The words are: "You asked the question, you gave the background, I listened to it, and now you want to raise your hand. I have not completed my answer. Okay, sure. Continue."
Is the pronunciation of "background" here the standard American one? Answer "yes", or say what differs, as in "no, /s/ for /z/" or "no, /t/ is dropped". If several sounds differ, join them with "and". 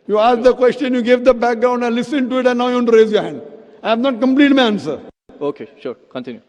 yes